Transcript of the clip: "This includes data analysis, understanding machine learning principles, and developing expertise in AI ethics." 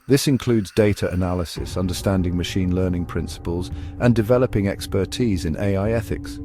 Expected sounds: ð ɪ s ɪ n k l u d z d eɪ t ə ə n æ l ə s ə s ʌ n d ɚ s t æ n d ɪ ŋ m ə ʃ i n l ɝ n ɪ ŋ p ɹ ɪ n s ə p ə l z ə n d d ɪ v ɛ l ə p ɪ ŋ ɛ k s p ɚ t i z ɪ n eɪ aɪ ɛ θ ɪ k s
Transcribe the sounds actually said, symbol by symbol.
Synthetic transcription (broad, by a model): ð ɪ s ɪ n k l u d z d eɪ t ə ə n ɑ l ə s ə s ʌ n d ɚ s t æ n d ɪ ŋ m ə ʃ i n l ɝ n ɪ ŋ p ɹ ɪ n s ə p ə l z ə n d d ɪ v ɛ l ə p ɪ ŋ ɛ k s p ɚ t i z ɪ n eɪ aɪ ɛ θ ɪ k s